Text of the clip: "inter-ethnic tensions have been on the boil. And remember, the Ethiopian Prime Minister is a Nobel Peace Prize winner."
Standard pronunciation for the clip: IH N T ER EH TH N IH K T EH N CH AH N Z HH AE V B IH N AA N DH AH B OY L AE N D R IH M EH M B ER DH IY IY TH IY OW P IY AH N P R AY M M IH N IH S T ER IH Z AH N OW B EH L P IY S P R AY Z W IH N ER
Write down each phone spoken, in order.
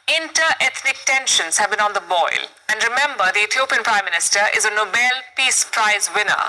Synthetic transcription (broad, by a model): IH N T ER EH T N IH K T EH N SH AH N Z HH AE V B IH N AA N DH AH B OY L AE N D R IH M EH M B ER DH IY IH T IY OW P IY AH N P R AY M M IH N IH S T ER IH Z AH N OW B EH L P IY S P R AY Z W IH N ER